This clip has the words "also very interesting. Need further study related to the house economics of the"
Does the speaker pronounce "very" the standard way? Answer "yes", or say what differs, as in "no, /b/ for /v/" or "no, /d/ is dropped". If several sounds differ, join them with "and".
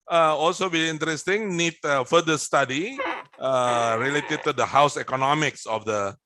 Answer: no, /b/ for /v/ and /ɹ/ is dropped